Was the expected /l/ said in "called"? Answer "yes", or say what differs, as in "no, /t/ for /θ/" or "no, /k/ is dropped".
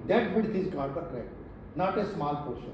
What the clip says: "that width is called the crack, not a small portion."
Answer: no, /l/ is dropped